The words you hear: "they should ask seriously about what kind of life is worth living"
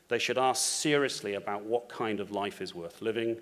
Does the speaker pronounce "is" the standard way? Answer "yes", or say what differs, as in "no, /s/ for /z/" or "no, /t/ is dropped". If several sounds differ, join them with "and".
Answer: yes